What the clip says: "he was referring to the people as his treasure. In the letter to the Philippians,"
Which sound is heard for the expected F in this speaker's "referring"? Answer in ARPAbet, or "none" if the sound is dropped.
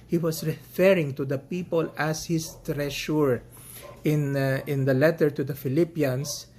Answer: F